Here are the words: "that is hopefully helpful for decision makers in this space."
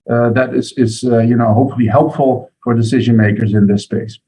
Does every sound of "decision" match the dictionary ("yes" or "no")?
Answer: yes